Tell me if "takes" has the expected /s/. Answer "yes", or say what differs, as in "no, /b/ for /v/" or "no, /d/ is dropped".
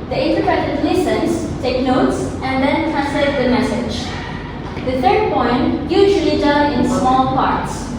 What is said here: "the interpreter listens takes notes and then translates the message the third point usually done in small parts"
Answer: no, /s/ is dropped